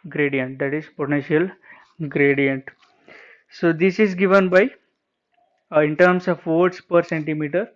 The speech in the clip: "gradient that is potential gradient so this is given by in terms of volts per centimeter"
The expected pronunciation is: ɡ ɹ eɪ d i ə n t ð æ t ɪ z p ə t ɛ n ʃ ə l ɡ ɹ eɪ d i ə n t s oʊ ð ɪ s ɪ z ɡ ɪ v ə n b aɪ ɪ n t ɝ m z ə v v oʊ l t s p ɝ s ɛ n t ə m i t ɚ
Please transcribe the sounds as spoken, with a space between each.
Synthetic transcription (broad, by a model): ɡ ɹ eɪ d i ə n t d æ t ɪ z p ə t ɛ n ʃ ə l ɡ ɹ eɪ d i ə n t s oʊ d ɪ s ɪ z ɡ ɪ v ə n b aɪ ɪ n t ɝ m s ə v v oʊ t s p ɝ s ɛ n t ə m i t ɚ